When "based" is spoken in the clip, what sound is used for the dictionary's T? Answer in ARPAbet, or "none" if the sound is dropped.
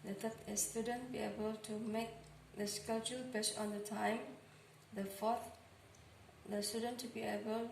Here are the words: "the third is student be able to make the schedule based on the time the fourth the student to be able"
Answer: none